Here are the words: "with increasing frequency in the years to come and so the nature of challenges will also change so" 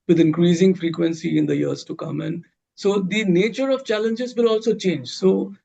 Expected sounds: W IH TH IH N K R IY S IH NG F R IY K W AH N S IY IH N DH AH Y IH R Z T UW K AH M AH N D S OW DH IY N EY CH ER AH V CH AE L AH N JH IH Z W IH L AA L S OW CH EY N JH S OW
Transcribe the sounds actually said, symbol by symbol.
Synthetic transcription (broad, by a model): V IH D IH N K R IY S IH NG F R IY K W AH N S IY IH N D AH Y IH R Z T UW K AH M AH N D S OW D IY N EY CH ER AH V CH AE L AH N JH IH Z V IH L AA L S OW CH EY N JH S OW